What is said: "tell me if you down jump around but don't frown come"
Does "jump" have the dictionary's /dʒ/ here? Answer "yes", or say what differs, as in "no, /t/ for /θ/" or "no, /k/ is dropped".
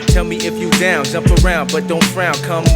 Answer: no, /z/ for /dʒ/